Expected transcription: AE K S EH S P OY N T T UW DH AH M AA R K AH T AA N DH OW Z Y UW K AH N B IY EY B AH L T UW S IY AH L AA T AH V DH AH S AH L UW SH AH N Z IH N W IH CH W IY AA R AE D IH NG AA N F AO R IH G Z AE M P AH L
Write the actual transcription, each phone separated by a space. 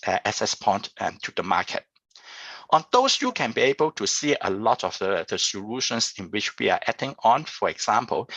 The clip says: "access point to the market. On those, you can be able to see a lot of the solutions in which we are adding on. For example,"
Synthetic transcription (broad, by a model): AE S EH S P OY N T T UW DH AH M AA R K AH T AA N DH OW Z Y UW K AH N B IY EY B AH L T UW S IY AH L AA T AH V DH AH S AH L UW SH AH N S IH N W IH CH W IY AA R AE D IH NG AA N F AO R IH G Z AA M P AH L